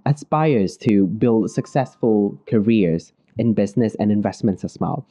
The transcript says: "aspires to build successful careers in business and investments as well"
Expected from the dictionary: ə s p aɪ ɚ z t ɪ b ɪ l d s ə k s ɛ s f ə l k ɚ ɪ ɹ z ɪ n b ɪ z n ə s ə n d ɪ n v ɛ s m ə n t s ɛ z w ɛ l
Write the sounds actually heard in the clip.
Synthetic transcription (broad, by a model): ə s p aɪ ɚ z t ɪ b ɪ l d s ə k s ɛ s f ə l k ɚ ɪ ɹ z ɪ n b ɪ z n ə s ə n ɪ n v ɛ s m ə n t s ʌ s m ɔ l